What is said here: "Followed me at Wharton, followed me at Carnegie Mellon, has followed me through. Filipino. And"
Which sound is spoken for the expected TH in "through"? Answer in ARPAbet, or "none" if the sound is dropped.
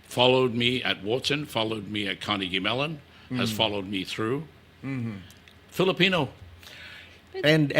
TH